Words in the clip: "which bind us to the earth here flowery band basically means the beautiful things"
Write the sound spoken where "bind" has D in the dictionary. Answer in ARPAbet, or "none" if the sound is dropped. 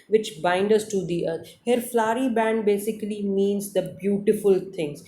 D